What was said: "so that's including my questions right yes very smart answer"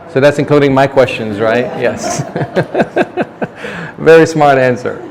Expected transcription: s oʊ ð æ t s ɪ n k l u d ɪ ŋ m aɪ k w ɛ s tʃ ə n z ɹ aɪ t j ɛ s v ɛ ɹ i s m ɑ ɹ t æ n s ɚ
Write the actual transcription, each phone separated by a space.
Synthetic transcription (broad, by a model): s oʊ ð æ t s ɪ n k l u d ɪ ŋ m aɪ k w ɛ s tʃ ə n z ɹ aɪ t j ɛ s v ɛ ɹ i s m ɑ ɹ t æ n s ɚ